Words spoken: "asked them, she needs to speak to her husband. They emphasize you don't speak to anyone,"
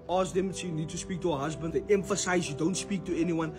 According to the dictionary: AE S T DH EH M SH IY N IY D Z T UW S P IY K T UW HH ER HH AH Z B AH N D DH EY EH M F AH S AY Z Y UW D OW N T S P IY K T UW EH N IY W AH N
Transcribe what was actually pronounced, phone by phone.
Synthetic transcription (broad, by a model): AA S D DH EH M S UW N IY D T UW S P IY K T UW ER HH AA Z B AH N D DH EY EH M F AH S AY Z Y UW D OW N T S P IY K T UW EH N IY W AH N